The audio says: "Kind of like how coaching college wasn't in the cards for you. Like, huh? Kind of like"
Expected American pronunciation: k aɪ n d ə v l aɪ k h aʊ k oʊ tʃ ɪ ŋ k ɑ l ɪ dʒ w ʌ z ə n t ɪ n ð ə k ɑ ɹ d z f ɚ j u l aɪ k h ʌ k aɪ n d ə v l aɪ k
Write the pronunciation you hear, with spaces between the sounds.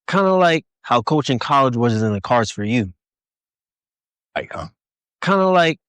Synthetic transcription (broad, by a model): k aɪ n d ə l aɪ k h aʊ k oʊ tʃ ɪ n k ɑ l ɪ dʒ w ʌ z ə t ɪ n ð ə k ɑ ɹ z f ɚ j u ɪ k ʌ k aɪ n d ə l aɪ k